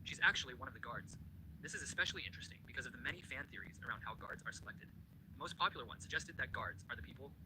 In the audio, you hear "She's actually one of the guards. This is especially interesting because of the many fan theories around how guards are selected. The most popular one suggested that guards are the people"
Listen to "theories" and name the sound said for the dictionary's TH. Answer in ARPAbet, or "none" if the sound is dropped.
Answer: TH